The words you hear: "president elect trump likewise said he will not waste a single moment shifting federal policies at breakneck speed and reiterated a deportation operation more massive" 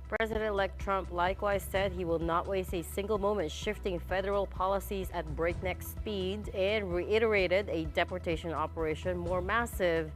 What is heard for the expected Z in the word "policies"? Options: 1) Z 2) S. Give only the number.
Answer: 1